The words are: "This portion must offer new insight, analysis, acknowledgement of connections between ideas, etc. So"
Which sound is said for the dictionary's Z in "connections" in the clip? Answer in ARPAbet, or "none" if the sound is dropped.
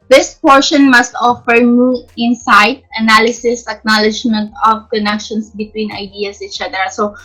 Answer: S